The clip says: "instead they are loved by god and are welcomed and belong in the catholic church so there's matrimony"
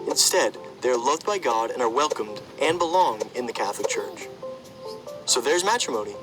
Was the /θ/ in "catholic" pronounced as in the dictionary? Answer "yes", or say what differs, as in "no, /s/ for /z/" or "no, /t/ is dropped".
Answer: yes